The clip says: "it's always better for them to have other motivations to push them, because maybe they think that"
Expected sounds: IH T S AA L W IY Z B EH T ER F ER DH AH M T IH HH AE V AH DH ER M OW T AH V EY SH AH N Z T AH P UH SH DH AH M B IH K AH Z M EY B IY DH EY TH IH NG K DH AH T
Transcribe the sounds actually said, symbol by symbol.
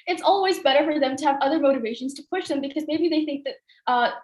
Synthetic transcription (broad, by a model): IH T S AA L W IY Z B EH T ER F ER DH AH M T IH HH V AH DH ER M OW T AH V EY SH AH N Z T AH P UH SH DH AH M B IH K AH Z M EY B IY DH EY TH IH NG K DH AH T